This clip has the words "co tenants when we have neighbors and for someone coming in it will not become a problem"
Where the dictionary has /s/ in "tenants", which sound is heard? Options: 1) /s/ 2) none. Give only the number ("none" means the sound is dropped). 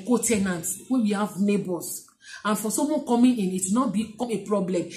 2